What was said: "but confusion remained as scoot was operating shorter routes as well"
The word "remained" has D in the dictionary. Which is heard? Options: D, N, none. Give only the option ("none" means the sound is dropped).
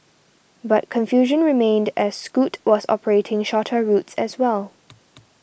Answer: D